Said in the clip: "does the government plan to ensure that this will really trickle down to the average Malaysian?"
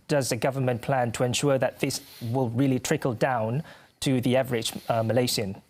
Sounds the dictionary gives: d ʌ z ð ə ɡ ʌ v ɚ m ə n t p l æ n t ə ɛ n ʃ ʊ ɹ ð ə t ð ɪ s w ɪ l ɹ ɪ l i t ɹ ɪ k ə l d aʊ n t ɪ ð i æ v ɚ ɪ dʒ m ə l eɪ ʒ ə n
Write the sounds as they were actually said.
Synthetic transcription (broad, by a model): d ʌ z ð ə ɡ ʌ v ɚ m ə n p l æ n t ə ɛ n ʃ ʊ ɹ ð ə t ð ɪ s w ɪ l ɹ ɪ l i t ɹ ɪ k ə l d aʊ n t ɪ ð i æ v ɚ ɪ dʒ m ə l eɪ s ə n